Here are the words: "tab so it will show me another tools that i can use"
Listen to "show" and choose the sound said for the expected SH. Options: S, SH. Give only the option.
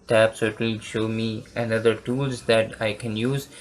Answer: SH